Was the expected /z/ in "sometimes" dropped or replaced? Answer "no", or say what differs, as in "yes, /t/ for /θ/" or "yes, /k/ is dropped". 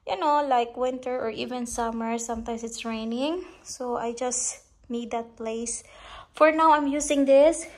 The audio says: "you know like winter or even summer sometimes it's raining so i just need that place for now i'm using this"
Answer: yes, /s/ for /z/